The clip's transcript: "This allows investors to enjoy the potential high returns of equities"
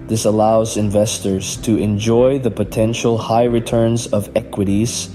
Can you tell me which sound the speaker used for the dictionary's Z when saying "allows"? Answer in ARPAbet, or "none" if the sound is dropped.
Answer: Z